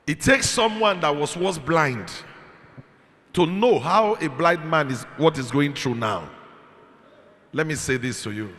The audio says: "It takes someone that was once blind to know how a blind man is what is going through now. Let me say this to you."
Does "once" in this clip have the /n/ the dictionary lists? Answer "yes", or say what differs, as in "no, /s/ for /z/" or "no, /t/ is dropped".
no, /n/ is dropped